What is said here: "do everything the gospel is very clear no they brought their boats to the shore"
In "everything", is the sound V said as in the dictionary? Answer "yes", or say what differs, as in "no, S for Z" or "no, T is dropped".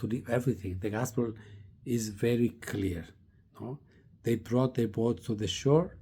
yes